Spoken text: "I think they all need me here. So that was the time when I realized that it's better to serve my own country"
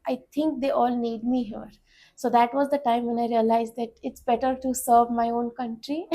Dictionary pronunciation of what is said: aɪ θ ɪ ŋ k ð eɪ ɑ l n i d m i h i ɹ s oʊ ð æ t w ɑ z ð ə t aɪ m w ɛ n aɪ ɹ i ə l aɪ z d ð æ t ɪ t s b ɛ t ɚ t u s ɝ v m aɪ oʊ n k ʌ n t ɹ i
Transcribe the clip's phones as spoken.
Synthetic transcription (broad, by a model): aɪ t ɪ ŋ k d eɪ ɑ l n i d m i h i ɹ s oʊ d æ t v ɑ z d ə t aɪ m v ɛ n aɪ ɹ i ə l aɪ z d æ t ɪ t s b ɛ t ɚ t u s ɝ v m aɪ oʊ n k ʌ n t ɹ i